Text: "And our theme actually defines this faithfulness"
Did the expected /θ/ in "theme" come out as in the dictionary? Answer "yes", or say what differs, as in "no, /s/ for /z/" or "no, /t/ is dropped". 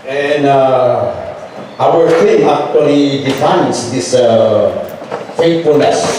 no, /f/ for /θ/